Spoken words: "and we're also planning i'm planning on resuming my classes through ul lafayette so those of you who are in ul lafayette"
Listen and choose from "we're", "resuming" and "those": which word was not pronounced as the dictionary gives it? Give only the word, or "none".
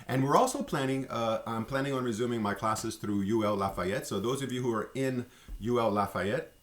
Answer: none